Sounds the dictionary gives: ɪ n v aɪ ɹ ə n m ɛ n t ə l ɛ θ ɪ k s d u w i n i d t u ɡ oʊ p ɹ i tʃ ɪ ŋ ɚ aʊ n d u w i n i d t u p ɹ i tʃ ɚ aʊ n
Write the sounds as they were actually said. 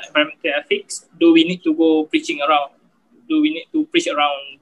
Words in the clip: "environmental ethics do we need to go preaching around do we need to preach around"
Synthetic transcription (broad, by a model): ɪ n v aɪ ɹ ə m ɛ n t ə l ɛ f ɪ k s d u w i n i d t u ɡ oʊ p ɹ i tʃ ɪ ŋ ɚ aʊ n d u w i n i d t u p ɹ i tʃ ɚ aʊ n